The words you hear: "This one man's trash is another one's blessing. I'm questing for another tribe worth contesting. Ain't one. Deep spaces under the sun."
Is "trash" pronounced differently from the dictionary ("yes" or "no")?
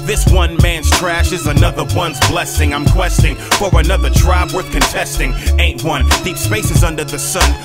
no